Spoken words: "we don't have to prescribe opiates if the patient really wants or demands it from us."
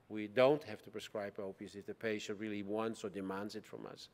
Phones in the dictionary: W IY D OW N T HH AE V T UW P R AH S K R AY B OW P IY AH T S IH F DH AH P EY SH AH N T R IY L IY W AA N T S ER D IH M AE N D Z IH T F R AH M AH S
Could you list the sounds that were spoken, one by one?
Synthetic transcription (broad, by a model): W IY D OW N T HH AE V T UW P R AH S K R AY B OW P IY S IH F DH AH P EY SH AH N T R IY L IY W AA N T S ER D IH M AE N D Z IH T F R AH M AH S